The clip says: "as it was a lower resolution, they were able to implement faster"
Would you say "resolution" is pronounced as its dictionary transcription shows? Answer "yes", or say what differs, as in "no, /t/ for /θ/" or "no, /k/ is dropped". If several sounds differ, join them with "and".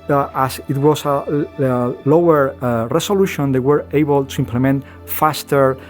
no, /s/ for /z/